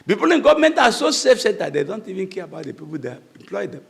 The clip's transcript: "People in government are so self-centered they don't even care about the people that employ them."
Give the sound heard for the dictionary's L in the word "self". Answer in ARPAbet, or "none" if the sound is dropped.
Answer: none